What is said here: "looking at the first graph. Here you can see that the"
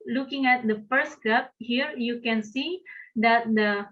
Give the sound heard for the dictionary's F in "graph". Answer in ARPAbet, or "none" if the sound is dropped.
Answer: P